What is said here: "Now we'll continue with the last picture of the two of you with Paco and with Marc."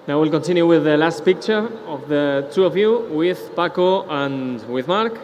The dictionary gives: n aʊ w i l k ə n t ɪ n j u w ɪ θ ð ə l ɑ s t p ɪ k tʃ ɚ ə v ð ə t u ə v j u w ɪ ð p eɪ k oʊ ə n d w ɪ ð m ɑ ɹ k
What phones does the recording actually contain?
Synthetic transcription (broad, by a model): n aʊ w i l k ə n t ɪ n j u w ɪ ð ə l ɑ s t p ɪ k tʃ ɚ ə v ð ə t u ə v j u w ɪ ð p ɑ k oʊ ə n w ɪ ð m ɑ ɹ k